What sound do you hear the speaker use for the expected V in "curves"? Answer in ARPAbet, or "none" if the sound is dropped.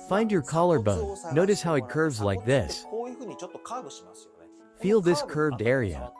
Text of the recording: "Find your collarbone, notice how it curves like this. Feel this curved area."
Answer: V